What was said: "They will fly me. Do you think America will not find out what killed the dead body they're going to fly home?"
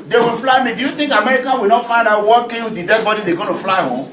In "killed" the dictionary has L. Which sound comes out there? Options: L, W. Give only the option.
W